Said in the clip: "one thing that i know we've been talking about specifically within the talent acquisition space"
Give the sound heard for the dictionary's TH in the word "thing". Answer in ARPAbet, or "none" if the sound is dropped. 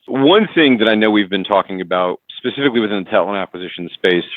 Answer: TH